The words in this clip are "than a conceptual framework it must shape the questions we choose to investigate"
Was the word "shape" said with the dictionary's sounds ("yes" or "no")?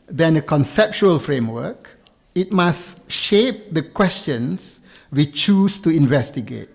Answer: yes